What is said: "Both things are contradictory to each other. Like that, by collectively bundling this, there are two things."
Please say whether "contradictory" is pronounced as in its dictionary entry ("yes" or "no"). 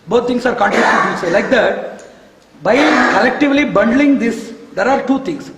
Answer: no